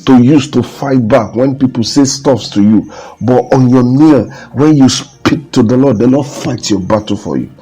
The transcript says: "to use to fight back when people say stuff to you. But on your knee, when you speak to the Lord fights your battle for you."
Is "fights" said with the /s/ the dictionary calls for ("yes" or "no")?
no